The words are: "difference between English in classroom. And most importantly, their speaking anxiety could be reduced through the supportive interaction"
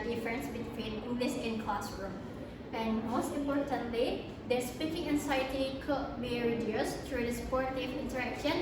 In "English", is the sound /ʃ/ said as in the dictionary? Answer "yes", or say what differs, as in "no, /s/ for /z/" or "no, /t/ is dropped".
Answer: no, /s/ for /ʃ/